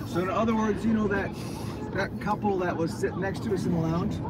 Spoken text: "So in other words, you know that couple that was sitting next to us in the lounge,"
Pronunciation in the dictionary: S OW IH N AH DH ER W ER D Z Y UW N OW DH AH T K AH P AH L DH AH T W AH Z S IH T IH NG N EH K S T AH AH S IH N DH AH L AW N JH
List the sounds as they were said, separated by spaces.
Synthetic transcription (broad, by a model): S OW IH N AH DH ER W ER D Z Y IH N OW DH AH T K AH P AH L DH AH T W AH Z S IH T N EH K S T AH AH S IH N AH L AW N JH